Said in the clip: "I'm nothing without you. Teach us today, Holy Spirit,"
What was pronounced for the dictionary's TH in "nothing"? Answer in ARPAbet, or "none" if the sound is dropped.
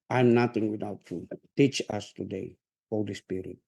T